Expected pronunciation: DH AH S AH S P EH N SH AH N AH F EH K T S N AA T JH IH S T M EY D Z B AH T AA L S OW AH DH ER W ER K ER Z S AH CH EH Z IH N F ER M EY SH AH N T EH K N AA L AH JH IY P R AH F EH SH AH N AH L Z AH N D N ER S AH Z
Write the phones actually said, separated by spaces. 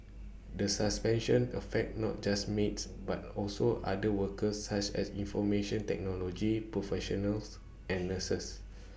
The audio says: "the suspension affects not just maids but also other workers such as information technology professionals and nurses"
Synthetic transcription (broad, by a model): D AH S AH S P EH N SH AH N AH F EH K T N AA T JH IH S M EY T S B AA T AA L S OW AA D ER W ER K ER S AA CH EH S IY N F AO M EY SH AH N T EH K N AA L AH JH IY P R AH F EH SH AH N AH L S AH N N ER S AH S